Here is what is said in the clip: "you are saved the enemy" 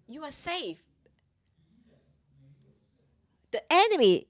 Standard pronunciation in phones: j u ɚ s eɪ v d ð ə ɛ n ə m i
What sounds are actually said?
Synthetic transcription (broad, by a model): j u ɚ s eɪ f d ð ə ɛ n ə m i